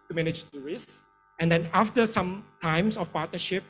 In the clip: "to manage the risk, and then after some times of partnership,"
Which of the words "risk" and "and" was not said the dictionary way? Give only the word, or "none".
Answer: risk